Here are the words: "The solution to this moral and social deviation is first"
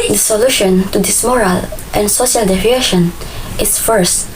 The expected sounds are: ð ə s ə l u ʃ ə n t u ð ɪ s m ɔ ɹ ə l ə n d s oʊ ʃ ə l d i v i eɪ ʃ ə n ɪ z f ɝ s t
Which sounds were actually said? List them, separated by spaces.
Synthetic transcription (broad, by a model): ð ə s ə l u ʃ ə n t u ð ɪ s m ɔ ɹ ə l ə n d s oʊ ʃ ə l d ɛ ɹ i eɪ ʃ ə n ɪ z f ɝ s t